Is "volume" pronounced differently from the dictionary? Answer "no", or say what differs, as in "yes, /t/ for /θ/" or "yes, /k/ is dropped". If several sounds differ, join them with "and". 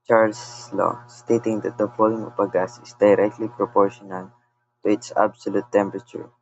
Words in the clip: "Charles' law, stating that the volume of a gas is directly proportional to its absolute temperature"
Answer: yes, /p/ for /v/